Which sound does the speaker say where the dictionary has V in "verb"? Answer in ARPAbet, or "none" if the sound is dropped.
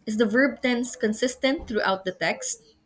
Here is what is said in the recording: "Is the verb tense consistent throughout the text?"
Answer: V